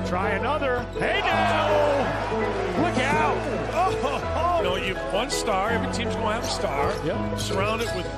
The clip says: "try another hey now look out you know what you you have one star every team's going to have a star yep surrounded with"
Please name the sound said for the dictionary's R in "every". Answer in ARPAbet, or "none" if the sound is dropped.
none